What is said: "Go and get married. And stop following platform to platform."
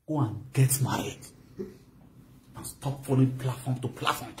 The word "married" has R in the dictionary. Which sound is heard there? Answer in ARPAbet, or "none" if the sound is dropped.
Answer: none